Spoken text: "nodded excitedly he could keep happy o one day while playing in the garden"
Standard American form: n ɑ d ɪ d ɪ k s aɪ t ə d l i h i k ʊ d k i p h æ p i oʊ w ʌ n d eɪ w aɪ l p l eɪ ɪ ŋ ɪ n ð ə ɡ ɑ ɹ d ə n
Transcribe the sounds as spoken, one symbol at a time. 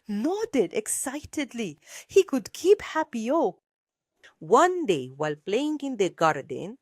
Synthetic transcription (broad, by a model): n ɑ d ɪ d ɪ k s aɪ t ə d l i h i k ʊ d k i p h æ p i oʊ w ʌ n d eɪ w aɪ l p l eɪ ɪ ŋ ɪ n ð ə ɡ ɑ ɹ d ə n